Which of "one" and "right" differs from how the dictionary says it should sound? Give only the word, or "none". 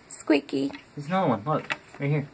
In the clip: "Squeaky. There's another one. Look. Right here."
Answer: right